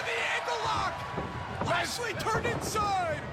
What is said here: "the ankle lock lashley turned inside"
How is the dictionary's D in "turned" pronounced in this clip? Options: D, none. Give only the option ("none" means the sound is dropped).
none